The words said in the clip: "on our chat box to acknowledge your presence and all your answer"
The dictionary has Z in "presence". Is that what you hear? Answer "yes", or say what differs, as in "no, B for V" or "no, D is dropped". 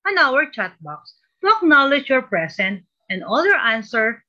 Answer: no, S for Z